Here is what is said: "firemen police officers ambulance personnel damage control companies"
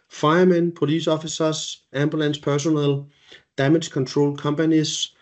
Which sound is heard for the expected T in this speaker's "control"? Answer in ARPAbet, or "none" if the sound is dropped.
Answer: S